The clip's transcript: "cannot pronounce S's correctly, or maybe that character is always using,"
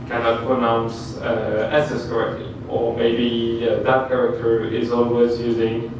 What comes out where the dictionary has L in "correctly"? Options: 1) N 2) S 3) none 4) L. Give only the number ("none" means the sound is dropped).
4